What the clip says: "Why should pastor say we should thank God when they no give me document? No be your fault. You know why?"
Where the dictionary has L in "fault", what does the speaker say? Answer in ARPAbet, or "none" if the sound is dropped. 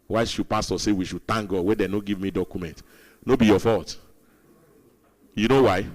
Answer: none